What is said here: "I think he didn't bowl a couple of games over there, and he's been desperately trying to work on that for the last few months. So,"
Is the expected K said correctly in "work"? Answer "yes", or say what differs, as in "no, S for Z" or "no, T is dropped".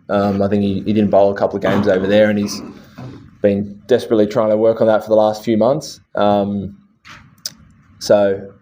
yes